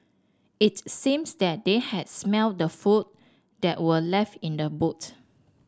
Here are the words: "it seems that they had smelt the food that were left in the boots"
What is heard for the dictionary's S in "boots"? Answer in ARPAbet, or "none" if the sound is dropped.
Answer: none